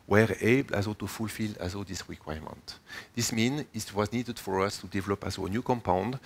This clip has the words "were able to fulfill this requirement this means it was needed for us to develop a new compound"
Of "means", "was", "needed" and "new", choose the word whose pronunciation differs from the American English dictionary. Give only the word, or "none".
means